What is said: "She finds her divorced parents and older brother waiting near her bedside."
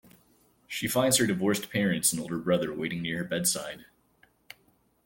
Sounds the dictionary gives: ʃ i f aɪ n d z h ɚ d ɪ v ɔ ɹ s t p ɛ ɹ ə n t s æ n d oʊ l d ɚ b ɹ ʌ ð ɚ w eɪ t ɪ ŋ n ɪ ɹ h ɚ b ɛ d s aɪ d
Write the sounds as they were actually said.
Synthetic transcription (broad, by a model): ʃ i f aɪ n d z h ɚ d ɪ v ɔ ɹ s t p ɛ ɹ ə n t s n oʊ l d ɚ b ɹ ʌ ð ɚ w eɪ t ɪ ŋ n ɪ ɹ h ɚ b ɛ d s aɪ d